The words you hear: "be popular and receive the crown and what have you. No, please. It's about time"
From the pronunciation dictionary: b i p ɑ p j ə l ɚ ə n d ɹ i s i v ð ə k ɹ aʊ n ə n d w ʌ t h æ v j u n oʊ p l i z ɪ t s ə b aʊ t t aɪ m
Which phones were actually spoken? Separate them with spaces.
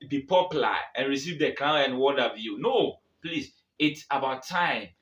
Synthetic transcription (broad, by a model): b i p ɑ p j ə l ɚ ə n ɹ i s i v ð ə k l aʊ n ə n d w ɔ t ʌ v j u n oʊ p l i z ɪ t s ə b aʊ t t aɪ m